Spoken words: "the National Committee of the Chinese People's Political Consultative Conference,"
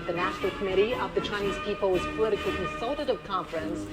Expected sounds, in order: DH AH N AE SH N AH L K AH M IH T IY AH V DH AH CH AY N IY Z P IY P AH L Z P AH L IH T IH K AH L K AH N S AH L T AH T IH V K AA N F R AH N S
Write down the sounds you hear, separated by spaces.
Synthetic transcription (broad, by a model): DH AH N AE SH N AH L K AH M IH T IY AH V DH AH CH AY N IY Z P IY P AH Z P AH L IH T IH K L K AH N S AH L T AH T IH V K AA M F R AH N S